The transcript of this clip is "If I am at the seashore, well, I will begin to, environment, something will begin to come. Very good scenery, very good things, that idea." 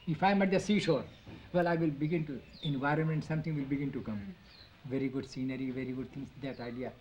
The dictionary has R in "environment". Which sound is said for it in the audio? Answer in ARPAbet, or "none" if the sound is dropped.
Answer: R